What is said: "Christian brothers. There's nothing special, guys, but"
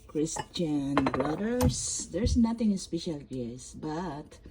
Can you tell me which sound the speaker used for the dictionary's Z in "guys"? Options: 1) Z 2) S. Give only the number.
2